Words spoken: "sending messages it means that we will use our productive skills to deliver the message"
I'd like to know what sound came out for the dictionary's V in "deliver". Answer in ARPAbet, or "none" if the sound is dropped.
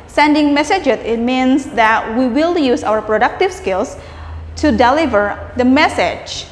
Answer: V